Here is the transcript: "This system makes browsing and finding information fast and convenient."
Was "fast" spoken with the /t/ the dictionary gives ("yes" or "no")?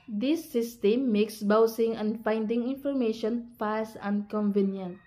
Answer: no